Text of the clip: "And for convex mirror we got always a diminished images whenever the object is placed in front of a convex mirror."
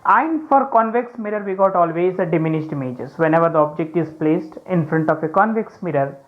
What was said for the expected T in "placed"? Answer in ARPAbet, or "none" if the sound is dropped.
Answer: T